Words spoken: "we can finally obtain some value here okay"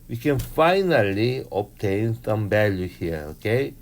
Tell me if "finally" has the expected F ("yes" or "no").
yes